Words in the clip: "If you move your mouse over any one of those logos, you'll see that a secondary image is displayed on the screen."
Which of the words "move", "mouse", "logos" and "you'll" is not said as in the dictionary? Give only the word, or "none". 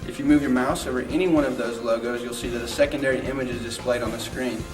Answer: none